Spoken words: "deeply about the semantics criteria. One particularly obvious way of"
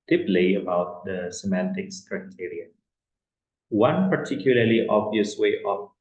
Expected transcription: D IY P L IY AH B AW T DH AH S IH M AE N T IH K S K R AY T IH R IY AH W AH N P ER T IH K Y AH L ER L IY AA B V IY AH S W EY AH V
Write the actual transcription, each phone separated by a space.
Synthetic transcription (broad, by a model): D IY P L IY AH B AW T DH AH S IH M AE N T IH K S K R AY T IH R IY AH W AH N P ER T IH K Y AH L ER L IY AA B V IY AH S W EY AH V